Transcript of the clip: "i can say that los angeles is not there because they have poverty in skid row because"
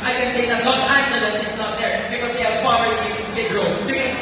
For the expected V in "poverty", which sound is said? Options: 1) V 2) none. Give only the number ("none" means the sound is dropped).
2